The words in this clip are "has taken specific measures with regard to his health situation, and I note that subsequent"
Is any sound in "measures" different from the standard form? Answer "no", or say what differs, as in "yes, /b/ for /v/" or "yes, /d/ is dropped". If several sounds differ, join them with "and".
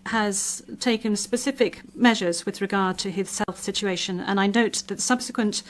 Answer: no